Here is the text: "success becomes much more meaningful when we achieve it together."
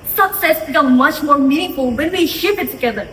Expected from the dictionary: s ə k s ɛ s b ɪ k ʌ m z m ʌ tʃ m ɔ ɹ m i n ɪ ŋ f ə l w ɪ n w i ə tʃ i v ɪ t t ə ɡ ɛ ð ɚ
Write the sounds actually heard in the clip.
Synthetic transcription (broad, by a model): s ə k s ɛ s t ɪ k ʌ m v m ʌ tʃ m ɔ ɹ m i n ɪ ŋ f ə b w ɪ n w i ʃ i p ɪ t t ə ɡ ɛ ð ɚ